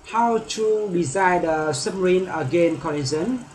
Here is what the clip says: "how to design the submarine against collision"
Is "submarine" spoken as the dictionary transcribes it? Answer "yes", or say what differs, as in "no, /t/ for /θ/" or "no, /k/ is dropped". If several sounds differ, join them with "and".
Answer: no, /b/ is dropped